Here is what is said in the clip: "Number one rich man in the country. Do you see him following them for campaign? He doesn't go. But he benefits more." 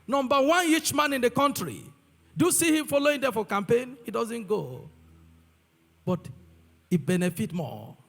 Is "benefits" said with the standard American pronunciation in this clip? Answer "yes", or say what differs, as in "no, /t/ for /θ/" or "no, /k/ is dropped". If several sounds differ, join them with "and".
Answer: no, /s/ is dropped